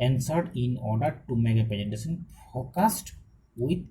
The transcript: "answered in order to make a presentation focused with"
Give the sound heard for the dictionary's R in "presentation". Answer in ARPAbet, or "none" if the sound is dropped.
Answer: none